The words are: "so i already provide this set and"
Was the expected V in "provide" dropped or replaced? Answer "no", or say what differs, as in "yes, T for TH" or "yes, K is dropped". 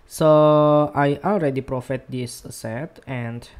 yes, F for V